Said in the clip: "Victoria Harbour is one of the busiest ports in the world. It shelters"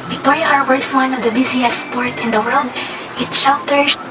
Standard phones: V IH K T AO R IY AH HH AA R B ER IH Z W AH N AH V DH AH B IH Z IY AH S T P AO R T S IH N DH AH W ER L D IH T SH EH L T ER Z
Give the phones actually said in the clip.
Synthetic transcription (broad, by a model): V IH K T AO R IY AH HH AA R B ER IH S W AH N AH V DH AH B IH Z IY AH S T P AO R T IH N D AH W ER L D IH T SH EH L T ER